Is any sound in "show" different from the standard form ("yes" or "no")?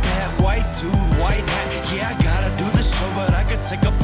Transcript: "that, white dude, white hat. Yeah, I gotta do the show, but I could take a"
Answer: yes